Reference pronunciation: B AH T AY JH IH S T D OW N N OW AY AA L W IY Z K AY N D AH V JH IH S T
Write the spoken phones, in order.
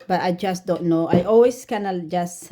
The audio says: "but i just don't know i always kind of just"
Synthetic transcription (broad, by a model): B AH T AY JH IH S T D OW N N OW AY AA L W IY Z K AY N AH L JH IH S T